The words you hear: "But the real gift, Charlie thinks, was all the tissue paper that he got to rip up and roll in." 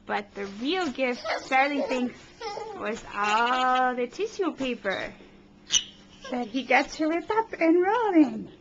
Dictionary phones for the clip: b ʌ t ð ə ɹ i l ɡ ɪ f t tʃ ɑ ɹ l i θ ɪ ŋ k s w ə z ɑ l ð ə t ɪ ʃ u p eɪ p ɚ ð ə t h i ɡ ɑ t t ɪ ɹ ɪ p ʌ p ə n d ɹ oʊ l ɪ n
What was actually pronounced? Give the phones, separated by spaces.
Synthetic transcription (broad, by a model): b ʌ t ð ə ɹ i l ɡ ɪ f t s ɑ ɹ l i θ ɪ ŋ k s w ə z ɑ l ð ə t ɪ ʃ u p eɪ p ɚ ð ə t h i ɡ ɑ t t ɪ l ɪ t ʌ p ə n ɹ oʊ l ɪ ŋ